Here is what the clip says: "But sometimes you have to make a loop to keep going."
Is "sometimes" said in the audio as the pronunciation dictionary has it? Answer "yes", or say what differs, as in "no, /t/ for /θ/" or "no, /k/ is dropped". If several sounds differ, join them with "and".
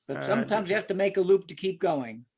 yes